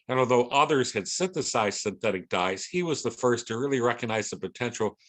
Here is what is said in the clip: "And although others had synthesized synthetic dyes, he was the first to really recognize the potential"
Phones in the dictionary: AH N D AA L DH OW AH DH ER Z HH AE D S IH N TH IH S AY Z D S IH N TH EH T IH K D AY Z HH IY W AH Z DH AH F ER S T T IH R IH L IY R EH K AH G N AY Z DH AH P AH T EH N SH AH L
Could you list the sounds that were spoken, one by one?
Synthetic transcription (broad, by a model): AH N AA L DH OW AH DH ER Z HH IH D S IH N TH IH S AY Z S IH N TH EH T IH K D AY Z HH IY W AH Z DH AH F ER S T T IH R IH L IY R EH K AH G N AY Z DH AH P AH T EH N SH L